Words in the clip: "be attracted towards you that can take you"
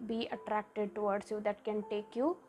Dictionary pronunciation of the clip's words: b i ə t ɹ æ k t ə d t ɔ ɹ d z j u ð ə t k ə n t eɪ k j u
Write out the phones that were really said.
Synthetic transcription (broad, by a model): b i ə t ɹ æ k t ə d t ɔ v d s j u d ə t k ə n t eɪ k j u